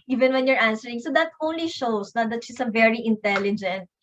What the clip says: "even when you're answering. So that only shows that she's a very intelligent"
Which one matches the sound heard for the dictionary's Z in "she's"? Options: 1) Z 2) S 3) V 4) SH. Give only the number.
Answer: 2